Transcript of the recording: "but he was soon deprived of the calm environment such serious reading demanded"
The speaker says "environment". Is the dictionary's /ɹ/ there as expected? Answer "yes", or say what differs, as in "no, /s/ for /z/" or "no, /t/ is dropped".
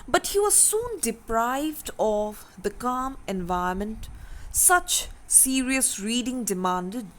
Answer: no, /ɹ/ is dropped